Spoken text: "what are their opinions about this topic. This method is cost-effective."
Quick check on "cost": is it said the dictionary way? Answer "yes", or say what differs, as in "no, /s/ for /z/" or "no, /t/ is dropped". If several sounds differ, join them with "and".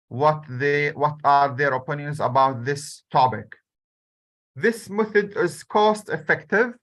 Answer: yes